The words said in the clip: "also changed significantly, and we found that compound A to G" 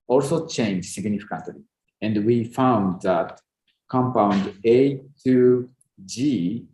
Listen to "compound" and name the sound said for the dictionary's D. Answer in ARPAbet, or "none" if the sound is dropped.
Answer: D